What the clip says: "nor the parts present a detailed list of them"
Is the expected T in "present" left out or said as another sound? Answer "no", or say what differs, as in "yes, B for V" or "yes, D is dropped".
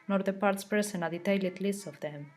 yes, T is dropped